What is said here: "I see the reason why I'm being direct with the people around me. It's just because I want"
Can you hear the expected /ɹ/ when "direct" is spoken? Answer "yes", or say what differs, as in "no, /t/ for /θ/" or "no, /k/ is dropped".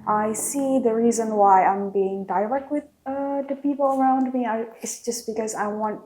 no, /l/ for /ɹ/